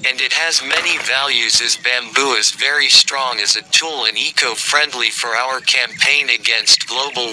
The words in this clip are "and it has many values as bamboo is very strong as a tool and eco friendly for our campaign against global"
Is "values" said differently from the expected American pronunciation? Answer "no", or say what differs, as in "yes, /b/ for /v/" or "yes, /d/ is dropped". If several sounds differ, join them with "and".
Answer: no